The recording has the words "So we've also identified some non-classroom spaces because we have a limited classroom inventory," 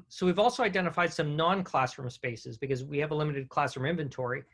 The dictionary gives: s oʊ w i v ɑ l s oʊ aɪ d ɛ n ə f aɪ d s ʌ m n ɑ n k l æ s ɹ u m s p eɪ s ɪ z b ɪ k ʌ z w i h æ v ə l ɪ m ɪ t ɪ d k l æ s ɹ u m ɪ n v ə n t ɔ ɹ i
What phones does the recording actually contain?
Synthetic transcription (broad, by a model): s oʊ w i v ɑ l s oʊ aɪ d ɛ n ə f aɪ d s ʌ m n ɑ n k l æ s ɹ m s p eɪ s ɪ z b ɪ k ʌ z w i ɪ v ə l ɪ m ɪ t ɪ d k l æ s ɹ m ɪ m v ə n t ɔ ɹ i